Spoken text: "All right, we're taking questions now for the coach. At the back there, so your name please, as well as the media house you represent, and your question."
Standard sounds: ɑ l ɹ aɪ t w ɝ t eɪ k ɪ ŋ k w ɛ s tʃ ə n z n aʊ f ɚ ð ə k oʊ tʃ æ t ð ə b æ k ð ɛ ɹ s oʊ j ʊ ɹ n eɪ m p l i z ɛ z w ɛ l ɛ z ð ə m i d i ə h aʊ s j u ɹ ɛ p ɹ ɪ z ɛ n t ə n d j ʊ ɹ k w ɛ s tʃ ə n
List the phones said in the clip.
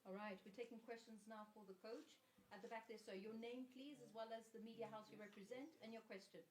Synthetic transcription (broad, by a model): ɑ l ɹ aɪ t w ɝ t eɪ k ɪ ŋ k w ɛ s tʃ ə n z n aʊ f ɚ ð ə k oʊ tʃ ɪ t ð ə b æ k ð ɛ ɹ s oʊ j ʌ ɹ n eɪ m p l i z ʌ z w ɛ l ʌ z ð ə m i d i ə h aʊ s j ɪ ɹ ɛ p ɹ ɪ z ɛ n t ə n j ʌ ɹ k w ɛ s tʃ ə n